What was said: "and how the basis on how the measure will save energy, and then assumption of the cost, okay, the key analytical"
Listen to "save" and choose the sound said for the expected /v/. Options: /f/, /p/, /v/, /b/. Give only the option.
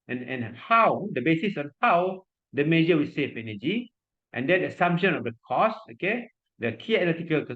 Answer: /f/